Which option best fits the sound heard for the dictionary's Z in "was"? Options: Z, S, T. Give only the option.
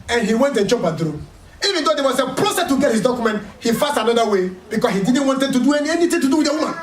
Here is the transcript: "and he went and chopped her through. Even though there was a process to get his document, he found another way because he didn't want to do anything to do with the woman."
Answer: S